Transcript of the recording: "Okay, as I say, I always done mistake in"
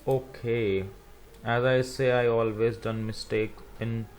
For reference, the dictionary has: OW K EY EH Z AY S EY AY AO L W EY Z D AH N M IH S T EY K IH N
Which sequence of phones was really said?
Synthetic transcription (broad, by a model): OW K EY EH Z AY S EY AY AO L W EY Z D AH N M IH S T EY K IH N